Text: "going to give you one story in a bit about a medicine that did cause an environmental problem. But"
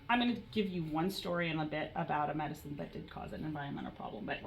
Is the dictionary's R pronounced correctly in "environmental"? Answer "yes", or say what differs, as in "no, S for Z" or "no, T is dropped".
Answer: no, R is dropped